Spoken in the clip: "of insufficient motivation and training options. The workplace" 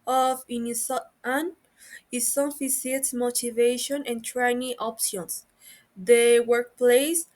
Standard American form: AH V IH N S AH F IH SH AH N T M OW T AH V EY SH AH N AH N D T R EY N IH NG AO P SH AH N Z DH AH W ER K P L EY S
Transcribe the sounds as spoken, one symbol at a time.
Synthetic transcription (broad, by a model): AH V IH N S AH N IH S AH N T M OW T AH V EY SH AH N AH N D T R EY N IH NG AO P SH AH N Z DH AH W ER K P L EY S